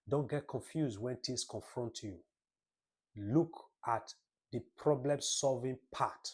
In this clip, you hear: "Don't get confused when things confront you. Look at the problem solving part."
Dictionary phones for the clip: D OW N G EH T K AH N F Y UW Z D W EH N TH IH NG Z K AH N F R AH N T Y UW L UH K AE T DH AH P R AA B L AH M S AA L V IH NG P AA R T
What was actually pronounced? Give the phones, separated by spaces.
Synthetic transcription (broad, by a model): D OW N G EH T K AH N F Y UW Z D W EH N T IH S K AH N F R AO N T Y UW L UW K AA T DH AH P R AA B L AH M S AA L V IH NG P AA T